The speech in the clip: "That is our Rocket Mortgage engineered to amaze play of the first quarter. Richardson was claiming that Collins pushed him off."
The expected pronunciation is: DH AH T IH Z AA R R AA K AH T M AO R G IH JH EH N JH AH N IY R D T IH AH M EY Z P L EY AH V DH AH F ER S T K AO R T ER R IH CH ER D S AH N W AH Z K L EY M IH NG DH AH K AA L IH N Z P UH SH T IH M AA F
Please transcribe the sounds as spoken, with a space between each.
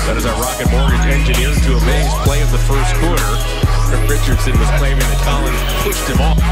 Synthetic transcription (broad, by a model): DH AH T IH Z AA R R AA K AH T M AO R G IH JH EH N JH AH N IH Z T IH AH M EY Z P L EY AH V DH AH F ER S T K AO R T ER R IH CH ER D S AH N W AH Z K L EY M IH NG DH AH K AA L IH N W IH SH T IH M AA